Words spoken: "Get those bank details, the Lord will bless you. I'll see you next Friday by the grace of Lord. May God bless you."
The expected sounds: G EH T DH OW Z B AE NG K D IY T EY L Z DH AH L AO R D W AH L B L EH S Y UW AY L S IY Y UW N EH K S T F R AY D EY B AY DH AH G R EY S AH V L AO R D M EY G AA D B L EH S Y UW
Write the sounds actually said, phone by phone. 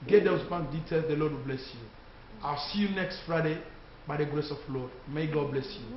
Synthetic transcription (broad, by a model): G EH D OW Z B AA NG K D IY T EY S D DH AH L AO D W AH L B L EH S Y UW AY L S IY Y UW N EH K S T F R AY D EY B AY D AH G R EY S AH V L AO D M EY G AA D B L EH S Y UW